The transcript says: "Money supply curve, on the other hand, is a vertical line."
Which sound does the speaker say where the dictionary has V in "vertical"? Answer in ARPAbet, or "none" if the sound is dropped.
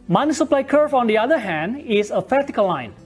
P